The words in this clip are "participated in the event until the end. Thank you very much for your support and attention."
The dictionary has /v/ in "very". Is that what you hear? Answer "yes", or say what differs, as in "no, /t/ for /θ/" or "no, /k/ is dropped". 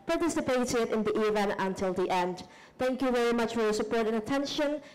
yes